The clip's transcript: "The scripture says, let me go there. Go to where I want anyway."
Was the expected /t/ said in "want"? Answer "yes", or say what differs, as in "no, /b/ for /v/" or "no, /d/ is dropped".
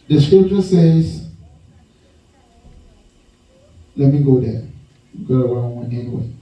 no, /t/ is dropped